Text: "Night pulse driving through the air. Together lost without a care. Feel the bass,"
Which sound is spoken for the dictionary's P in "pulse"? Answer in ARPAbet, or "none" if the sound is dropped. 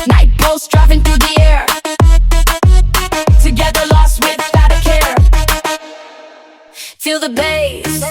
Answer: B